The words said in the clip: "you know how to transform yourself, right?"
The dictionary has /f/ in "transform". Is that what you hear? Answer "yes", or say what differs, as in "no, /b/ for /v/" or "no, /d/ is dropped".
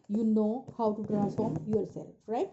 no, /f/ is dropped